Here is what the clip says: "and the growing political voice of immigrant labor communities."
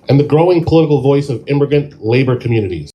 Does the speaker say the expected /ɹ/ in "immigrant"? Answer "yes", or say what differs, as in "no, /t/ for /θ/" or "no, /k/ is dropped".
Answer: no, /ɹ/ is dropped